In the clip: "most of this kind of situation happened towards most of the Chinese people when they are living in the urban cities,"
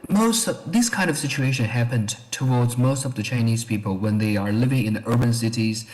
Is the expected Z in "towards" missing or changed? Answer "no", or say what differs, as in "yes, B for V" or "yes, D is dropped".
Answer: no